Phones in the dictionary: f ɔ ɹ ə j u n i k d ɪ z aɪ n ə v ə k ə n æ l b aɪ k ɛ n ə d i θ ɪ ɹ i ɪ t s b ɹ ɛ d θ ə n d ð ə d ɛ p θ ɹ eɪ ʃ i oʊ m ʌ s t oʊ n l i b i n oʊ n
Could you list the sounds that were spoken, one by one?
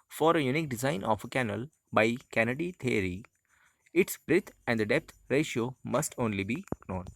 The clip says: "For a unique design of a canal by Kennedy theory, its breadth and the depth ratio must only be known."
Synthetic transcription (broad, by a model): f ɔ ɹ ə j u n i k d ɪ z aɪ n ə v ə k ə n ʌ l b aɪ k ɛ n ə d i t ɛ ɹ i ɪ t s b ɹ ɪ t ə n d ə d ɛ p t ɹ eɪ ʃ i oʊ m ʌ s t oʊ n l i b i n oʊ n